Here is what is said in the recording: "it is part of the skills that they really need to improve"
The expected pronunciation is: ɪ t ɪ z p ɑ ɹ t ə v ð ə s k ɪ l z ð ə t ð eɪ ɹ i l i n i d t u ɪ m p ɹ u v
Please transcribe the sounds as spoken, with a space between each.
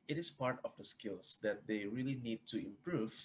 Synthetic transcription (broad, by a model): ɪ t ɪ s p ɑ ɹ t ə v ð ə s k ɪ l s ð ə t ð eɪ ɹ i l i n i d t u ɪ m p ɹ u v